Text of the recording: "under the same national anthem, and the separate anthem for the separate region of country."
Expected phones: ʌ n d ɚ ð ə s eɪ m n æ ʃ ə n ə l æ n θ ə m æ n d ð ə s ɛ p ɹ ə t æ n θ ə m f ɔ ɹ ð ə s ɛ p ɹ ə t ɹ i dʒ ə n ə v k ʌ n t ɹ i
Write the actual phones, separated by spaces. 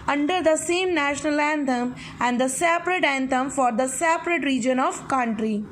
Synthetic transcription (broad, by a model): ʌ n d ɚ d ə s eɪ m n æ ʃ ə n ə l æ n t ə m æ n d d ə s ɛ p ɹ ə t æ n t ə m f ɔ ɹ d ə s ɛ p ɹ ə t ɹ i dʒ ə n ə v k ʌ n t ɹ i